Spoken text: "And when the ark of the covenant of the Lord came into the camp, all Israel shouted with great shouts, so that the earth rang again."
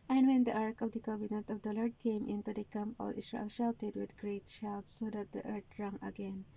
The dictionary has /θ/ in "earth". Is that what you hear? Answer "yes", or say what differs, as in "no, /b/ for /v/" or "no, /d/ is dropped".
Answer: no, /t/ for /θ/